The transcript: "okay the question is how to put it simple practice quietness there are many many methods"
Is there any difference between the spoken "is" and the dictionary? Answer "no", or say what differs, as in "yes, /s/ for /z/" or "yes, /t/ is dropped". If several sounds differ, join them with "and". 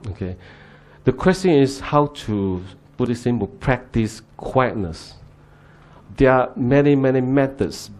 yes, /s/ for /z/